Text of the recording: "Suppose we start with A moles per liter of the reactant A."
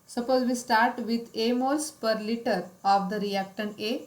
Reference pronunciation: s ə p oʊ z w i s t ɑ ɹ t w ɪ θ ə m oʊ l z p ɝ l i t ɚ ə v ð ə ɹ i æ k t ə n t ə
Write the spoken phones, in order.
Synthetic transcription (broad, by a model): s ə p oʊ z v i s t ɑ ɹ t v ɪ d ə m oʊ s p ɝ l i t ɚ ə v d ə ɹ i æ k t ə n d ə